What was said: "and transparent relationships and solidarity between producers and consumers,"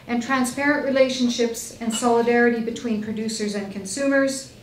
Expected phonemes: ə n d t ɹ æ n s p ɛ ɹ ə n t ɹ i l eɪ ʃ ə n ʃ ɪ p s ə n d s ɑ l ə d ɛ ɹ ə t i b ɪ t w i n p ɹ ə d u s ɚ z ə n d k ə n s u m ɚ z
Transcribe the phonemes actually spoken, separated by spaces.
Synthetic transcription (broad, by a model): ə n t ɹ æ n s p ɛ ɹ ə n t ɹ i l eɪ ʃ ə n ʃ ɪ p s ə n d s ɑ l ə d ɛ ɹ ə t i b ɪ t w i n p ɹ ə d u s ɚ z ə n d k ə n s u m ɚ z